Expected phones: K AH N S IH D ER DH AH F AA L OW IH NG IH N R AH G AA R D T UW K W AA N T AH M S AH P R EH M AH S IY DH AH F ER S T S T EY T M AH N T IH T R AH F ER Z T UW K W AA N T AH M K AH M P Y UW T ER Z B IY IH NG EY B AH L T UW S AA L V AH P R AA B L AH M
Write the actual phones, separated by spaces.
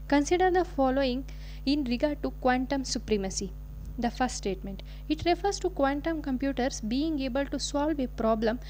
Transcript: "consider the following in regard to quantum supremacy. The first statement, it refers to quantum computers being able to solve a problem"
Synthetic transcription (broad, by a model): K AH N S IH D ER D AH F AA L OW IH NG IH N R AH G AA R D T UW K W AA N T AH M S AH P R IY M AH S IY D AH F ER S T S T EY T M AH N T IH T R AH F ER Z T UW K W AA N T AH M K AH M P Y UW T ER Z B IY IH NG EY B AH L T UW S AA L V AH P R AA B L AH M